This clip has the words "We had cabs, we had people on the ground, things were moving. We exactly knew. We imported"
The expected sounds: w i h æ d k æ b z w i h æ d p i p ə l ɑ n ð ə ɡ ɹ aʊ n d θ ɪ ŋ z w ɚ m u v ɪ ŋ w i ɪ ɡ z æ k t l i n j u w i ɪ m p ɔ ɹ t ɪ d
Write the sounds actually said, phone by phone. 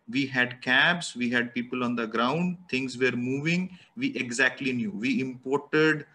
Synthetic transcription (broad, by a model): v i h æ d k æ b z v i h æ d p i p ə l ɑ n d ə ɡ ɹ aʊ n d t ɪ ŋ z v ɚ m u v ɪ ŋ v i ɪ ɡ z æ k t l i n j u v i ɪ m p ɔ ɹ t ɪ d